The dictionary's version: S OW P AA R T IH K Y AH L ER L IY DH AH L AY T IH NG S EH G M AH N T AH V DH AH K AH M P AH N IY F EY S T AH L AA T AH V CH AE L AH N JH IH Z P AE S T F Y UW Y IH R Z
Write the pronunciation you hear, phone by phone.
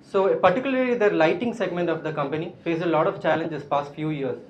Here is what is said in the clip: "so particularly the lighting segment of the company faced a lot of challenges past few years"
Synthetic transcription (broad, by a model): S OW P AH R T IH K Y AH L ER L IY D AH L AY T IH NG S EH G M AH N T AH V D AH K AH M P AH N IY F EY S AH L AA T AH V CH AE L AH N JH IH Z P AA S T F Y UW Y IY R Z